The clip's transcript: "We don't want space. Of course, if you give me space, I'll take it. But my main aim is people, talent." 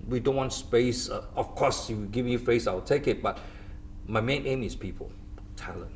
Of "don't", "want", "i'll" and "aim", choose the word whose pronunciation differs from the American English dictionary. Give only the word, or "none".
i'll